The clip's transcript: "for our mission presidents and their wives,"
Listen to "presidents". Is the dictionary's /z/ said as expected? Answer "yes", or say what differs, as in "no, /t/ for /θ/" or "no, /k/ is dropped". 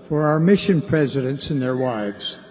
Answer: yes